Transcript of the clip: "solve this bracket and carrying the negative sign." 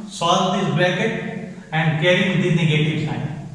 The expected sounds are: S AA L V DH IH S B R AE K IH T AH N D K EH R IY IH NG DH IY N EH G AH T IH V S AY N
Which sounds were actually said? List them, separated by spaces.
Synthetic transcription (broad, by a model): S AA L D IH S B EH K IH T AH N D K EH R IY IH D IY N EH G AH T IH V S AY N